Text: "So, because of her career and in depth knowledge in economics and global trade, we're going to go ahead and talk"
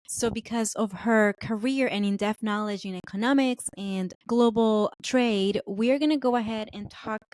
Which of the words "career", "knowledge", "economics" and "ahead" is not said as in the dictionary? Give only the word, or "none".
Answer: none